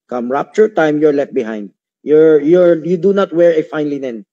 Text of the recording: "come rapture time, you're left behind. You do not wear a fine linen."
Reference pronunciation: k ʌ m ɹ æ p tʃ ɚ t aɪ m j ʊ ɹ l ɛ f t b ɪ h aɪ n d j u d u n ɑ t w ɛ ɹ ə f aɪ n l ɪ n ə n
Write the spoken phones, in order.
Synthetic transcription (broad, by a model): k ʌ m ɹ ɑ p tʃ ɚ t aɪ m j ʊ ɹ l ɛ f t b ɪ h aɪ n d j u d u n ɑ t w ɛ ɹ ə f aɪ n l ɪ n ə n